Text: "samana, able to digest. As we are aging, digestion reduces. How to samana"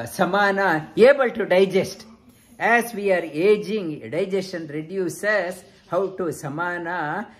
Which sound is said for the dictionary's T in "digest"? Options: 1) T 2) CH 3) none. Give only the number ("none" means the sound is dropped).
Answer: 1